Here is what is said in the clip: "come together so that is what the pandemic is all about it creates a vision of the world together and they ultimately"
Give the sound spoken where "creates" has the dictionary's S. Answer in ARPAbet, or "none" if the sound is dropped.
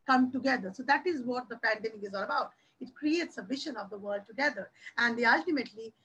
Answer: S